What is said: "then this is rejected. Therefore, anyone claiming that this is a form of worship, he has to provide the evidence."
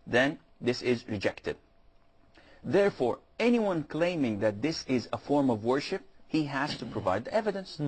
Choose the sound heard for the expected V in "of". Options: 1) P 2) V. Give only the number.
2